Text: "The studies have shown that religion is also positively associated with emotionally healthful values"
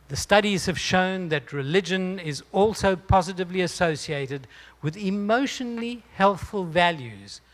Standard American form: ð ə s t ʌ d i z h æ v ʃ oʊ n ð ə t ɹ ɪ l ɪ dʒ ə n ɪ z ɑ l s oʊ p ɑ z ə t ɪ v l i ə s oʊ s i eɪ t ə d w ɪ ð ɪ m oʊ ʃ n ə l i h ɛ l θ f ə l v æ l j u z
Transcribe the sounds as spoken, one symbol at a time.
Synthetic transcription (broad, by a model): ð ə s t ʌ d i z h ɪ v ʃ oʊ n ð ə t ɹ ɪ l ɪ dʒ ə n ɪ z ɑ l s oʊ p ɑ z ə t ɪ v l i ə s oʊ s i eɪ t ə d w ɪ ð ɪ m oʊ ʃ n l l i h ɛ l θ f ə l v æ l j u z